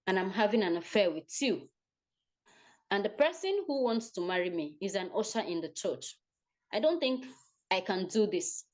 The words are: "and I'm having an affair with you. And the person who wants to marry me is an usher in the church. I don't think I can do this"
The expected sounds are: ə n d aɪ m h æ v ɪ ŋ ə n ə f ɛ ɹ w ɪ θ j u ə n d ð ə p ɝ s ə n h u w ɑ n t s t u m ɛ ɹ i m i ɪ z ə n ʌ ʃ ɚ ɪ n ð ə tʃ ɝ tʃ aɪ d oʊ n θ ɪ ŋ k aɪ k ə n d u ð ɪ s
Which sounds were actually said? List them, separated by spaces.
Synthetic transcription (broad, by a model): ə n aɪ m h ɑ v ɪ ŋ ə n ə f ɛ w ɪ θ j u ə n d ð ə p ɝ s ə n h u w ɑ n t s t u m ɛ ɹ i m i ɪ z ə n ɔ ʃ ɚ ɪ n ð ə tʃ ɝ tʃ aɪ d oʊ n θ ɪ ŋ k aɪ k ə n d u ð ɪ s